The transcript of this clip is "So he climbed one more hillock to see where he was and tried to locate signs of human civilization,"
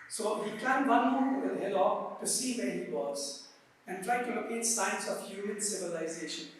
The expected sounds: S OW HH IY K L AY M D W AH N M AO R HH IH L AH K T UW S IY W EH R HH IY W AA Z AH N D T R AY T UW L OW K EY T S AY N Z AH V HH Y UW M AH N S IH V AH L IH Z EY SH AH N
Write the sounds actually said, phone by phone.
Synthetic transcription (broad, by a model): S OW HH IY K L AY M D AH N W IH L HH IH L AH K T UW S IY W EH HH IY W AA Z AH N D T R AY T UW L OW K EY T S AY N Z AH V HH Y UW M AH N S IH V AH L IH Z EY SH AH N